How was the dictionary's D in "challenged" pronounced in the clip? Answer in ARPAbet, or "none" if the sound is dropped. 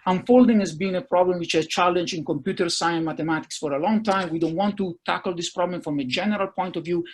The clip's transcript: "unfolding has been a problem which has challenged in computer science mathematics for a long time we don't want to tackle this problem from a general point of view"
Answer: none